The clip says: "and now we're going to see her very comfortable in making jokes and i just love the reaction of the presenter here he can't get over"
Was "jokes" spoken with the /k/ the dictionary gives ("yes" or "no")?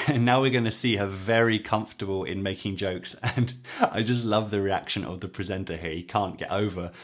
yes